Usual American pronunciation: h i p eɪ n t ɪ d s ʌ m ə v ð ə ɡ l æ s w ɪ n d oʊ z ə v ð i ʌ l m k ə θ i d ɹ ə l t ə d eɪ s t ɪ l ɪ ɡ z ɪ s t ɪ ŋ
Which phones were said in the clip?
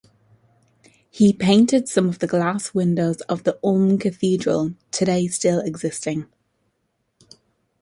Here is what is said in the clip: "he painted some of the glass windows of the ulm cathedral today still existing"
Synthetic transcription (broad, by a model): h i p eɪ n t ɪ d s ʌ m ə v ð ə ɡ l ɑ s w ɪ n d oʊ z ə v ð i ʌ m k ə θ i d ɹ ə l t ə d eɪ s t ɪ l ɪ ɡ z ɪ s t ɪ ŋ